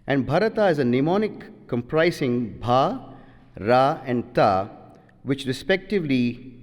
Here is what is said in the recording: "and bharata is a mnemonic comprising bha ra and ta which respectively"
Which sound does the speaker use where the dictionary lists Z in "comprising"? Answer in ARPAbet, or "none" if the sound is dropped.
S